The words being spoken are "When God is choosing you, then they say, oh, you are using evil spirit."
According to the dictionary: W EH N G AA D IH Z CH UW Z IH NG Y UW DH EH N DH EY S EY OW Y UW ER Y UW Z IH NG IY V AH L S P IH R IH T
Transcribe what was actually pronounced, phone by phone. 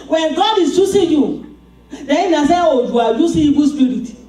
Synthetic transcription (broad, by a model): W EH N G AA D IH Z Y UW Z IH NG Y UW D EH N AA S EY OW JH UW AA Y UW S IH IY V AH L S P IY R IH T